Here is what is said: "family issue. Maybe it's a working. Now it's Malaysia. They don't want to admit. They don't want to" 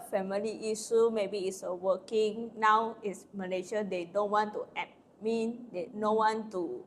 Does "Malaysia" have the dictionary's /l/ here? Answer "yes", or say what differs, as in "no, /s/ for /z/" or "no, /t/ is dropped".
no, /n/ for /l/